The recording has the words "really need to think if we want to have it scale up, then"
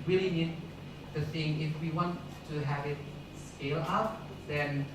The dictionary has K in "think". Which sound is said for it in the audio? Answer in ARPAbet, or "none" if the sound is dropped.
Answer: none